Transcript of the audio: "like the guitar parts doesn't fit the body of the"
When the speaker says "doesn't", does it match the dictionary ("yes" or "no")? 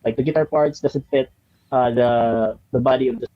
no